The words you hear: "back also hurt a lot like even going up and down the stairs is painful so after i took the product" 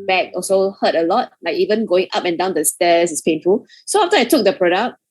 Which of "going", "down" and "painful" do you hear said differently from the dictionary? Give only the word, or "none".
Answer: none